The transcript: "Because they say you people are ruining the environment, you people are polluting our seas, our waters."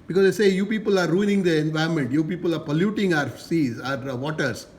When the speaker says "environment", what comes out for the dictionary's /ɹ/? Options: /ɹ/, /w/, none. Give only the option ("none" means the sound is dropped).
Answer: none